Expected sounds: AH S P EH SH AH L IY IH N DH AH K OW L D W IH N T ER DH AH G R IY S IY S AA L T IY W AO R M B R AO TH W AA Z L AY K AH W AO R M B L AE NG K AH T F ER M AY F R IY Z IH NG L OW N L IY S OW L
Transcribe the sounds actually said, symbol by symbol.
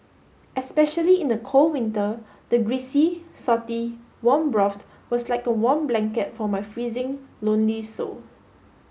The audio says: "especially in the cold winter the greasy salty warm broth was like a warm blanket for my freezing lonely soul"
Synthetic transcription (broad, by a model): AH S P EH SH AH L IY IH N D AH K OW L W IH N T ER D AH G R IY S IY S AA T IY W AO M B R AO T W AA S L AY K AH W AO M B L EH NG K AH T F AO M AY F R IY Z IH NG L OW N L IY S OW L